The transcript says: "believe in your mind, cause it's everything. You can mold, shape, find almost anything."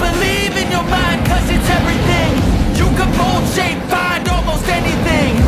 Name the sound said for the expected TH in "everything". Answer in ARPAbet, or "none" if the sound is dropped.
TH